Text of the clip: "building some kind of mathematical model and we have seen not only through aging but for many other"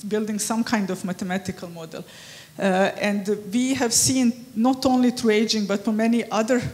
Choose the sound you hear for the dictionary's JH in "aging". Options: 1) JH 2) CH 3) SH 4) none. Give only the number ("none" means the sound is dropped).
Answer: 1